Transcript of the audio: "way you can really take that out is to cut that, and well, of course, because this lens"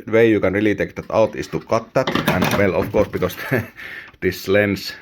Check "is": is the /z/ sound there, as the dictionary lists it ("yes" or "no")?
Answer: no